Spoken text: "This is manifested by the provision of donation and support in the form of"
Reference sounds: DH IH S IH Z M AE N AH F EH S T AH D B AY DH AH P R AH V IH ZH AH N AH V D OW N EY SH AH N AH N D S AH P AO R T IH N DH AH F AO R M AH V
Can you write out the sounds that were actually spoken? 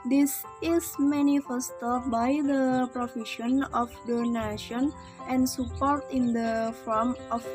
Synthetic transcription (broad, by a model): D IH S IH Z M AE N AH F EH S T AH B AY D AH P R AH F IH SH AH N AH F D OW N EY SH AH N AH N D S AH P AO R T IH N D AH F AO R M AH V